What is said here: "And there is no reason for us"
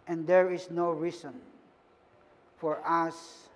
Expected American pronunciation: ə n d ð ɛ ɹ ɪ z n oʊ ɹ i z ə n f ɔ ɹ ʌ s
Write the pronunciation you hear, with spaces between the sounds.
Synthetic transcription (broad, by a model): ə n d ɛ ɹ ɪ s n oʊ ɹ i s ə n f ɔ ɹ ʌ s